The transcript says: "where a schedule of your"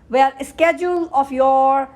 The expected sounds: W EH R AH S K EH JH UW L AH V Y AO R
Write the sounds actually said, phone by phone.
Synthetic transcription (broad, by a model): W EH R AH S K EH JH UW L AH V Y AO R